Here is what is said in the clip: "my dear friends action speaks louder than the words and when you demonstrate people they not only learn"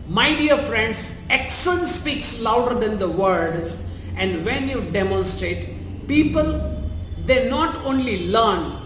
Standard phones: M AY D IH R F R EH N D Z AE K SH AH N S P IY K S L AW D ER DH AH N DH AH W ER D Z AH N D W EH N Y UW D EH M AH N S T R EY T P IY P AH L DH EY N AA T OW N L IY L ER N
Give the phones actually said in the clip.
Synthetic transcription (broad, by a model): M AY D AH R F R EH N D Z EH K S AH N S P IY K S L AW D ER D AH N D AH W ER D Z AH N D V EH N Y UW D EH M AH N S T R EY T P IY P AH L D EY N AA T OW N L IY L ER N